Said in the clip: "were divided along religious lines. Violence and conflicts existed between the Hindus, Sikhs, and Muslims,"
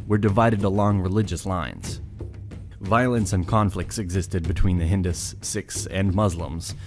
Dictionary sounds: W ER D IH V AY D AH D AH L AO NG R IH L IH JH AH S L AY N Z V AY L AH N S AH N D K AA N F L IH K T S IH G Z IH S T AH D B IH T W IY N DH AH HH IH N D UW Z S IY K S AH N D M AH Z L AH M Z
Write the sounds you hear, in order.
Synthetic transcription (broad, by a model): W ER D IH V AY D AH D AH L AO NG R IH L IH JH AH S L AY N Z V AY L AH N S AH N K AA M F L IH K T S IH G Z IH S T AH D B IH T W IY N DH AH HH IH N D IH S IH K S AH N M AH Z L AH M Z